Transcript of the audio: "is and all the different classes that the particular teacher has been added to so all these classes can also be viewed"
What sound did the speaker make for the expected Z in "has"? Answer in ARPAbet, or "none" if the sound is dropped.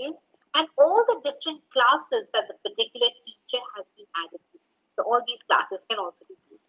Z